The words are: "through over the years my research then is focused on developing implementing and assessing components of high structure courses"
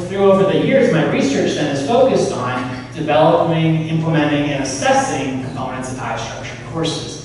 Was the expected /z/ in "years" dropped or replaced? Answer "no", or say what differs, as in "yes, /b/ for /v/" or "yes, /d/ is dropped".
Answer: no